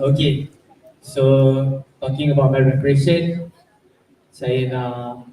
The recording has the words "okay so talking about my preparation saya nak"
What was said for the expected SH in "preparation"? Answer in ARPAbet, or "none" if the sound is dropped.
S